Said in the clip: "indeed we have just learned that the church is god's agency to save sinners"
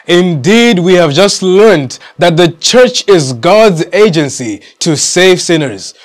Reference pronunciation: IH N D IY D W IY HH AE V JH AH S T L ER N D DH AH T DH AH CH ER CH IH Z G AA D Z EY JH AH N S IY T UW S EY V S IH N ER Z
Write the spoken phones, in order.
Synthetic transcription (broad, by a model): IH N D IY D W IY HH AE V JH AH S T L ER N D DH AH T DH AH CH ER CH IH Z G AA D Z EY JH AH N S IY T UW S EY V S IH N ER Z